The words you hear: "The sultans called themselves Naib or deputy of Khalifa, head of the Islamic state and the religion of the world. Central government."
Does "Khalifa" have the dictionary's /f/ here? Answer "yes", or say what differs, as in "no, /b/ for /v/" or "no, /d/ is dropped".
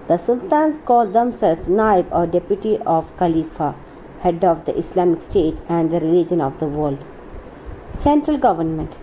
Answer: yes